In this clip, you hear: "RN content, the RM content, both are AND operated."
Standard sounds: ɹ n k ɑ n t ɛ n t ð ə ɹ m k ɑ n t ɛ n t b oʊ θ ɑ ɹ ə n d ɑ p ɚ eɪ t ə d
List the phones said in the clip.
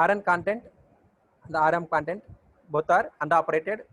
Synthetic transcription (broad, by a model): ɹ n k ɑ n t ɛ n t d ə ɹ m k ɑ n t ɛ n t b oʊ t ɑ ɹ ə n d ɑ p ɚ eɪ t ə d